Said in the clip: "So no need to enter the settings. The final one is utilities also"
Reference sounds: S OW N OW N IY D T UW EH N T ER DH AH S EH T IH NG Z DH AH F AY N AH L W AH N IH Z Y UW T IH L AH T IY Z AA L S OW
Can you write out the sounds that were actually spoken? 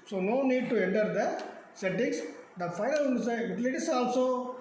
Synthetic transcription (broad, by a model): S OW N OW N IY D T UW EH N T ER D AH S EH T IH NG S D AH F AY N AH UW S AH IH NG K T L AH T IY S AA L S OW